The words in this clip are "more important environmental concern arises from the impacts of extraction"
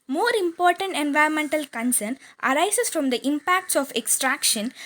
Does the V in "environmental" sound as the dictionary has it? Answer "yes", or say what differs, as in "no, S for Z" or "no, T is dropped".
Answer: yes